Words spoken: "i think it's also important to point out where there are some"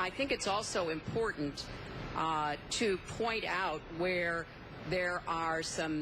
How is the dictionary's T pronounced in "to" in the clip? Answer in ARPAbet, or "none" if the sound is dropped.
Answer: T